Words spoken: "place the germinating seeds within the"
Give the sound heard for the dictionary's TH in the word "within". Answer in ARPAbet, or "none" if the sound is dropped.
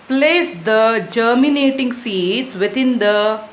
T